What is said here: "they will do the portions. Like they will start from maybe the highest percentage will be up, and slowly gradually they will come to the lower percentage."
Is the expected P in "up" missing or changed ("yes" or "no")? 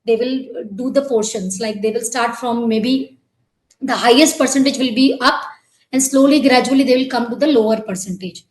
no